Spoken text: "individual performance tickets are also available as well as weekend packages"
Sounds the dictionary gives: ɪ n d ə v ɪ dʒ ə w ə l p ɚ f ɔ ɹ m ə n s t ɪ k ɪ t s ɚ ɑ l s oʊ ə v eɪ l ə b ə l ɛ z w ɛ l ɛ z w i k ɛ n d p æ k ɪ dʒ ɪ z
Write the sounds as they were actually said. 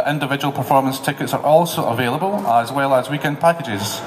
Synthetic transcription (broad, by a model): ɪ n d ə v ɪ dʒ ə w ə l p ɚ f ɔ ɹ m ə n s t ɪ k ɪ t s ɚ ɑ l s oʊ ə v eɪ l ə b ə l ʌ z w ɛ l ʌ z w i k ɛ n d p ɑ k ɪ dʒ ɪ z